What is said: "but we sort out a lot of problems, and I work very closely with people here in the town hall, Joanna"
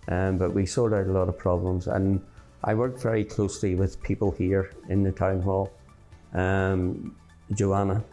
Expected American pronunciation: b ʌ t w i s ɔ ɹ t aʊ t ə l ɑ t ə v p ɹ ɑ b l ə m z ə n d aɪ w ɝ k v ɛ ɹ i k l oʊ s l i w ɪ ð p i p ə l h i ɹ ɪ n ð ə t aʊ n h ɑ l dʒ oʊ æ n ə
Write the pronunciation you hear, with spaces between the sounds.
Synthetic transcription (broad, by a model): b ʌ t w i s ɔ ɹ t aʊ t ə l ɑ t ə v p ɹ ɑ b l ə m z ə n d aɪ w ɝ k v ɛ ɹ i k l oʊ s l i w ɪ ð p i p ə l h i ɹ ɪ n ð ə t aʊ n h ɑ l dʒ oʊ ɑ n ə